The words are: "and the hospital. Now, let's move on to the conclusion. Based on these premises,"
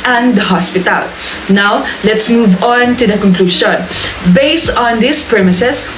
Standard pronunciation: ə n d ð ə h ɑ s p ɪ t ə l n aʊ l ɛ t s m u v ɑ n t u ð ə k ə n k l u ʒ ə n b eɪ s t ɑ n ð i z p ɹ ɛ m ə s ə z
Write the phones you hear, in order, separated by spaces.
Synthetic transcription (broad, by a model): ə n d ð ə h ɑ s p ɪ t ə l n aʊ l ɛ t s m u v ɑ n t u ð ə k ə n k l u ʃ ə n b eɪ s t ɑ n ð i s p ɹ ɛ m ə s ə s